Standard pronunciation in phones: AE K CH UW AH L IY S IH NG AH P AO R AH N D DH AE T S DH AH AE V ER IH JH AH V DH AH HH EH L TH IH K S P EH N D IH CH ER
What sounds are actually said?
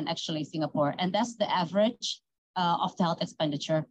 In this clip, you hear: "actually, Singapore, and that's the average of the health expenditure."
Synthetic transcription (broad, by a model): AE K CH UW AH L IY S IH NG AH P AO R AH N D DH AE T S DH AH AE V ER IH JH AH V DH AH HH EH L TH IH K S P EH N D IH CH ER